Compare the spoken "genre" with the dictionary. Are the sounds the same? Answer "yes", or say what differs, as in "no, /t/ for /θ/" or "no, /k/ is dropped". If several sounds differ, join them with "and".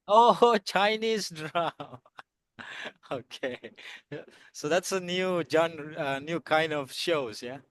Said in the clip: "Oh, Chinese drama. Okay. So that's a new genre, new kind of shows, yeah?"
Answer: no, /ɹ/ is dropped